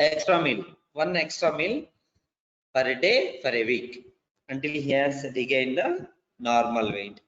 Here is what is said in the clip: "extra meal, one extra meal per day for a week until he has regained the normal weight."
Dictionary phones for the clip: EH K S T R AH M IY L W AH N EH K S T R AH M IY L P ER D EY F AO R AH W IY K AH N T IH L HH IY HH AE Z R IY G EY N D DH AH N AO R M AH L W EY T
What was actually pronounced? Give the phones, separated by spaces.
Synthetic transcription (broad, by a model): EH K S T R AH M IY L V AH N EH K S T R AH M IY L F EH D EY F AO R AH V IY K AH N T IH L HH IY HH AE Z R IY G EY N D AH N AO R M AH L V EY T